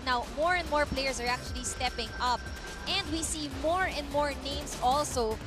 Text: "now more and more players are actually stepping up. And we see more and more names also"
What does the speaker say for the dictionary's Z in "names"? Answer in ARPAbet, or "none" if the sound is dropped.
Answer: S